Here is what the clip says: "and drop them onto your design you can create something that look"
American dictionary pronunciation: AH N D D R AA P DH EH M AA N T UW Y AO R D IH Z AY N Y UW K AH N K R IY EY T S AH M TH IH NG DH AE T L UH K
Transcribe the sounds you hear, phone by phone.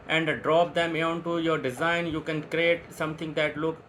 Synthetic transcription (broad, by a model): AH N D D R AA P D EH M AA N T UW Y AO R D IH Z AY N Y UW K AH N K R IY EY T S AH M T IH NG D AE T L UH K